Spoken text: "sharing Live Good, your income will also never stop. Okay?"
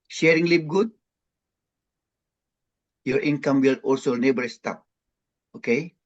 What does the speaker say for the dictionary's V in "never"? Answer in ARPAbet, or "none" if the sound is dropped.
B